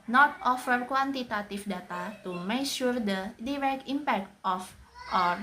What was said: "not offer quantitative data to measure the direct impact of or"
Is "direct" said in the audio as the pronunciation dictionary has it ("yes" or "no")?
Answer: no